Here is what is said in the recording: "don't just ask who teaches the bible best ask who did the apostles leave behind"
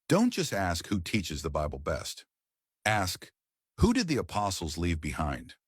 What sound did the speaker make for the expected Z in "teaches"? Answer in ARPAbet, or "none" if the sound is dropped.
Z